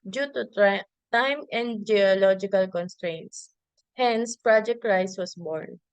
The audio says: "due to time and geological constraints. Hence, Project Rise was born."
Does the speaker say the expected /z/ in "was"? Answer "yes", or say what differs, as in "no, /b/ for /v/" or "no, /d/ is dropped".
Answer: no, /s/ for /z/